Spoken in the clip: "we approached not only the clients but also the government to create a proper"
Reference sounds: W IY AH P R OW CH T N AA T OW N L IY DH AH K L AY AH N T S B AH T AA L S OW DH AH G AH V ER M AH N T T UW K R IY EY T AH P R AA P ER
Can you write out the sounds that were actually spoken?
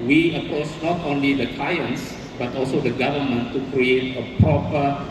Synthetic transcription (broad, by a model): W IY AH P OW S N AA T OW N L IY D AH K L AY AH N S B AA T AA L S OW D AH G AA V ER M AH N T T UW K R IY EY T AH P R AA P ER